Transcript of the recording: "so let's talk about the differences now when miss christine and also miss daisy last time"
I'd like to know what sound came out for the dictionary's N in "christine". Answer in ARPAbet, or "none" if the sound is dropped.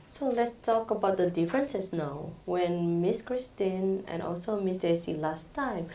N